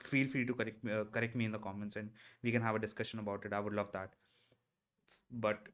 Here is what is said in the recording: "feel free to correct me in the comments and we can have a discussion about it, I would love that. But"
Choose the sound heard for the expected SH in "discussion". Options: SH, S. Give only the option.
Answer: SH